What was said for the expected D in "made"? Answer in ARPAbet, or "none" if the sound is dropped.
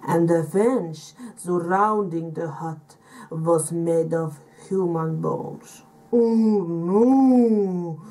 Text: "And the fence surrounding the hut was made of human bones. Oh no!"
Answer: D